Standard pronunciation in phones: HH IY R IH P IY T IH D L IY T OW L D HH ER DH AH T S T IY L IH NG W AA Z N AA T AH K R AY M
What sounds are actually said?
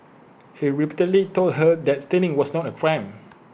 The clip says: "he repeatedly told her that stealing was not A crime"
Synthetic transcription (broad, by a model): HH IY R IH P IY T IH D L IY T OW L D HH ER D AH T S T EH N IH NG W AA S N AA T AH K R AY M